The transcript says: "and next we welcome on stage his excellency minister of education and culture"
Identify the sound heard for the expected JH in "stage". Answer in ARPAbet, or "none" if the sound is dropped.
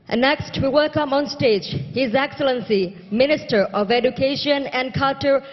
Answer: JH